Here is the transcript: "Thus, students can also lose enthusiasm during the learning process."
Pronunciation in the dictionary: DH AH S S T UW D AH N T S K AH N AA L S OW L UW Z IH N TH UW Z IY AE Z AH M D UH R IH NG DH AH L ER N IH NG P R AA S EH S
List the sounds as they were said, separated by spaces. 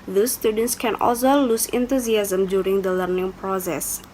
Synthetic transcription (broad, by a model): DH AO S S T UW D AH N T S K AH N AA L S OW L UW S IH N T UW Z IY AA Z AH M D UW R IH NG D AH L ER N IH NG P R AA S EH S